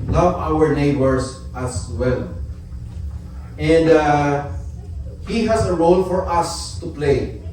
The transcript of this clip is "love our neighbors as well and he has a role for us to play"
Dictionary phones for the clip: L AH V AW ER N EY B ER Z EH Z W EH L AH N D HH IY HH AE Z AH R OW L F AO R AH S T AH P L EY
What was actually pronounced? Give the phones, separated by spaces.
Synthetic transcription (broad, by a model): L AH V AW ER N EY B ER S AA S W EH L AH N D HH IY HH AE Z AH R OW L F AO R AH S T AH P L EY